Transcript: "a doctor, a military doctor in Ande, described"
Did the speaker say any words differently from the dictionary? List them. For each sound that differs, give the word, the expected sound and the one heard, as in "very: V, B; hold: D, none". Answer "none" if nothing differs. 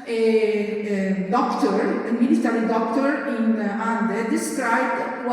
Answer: military: L, N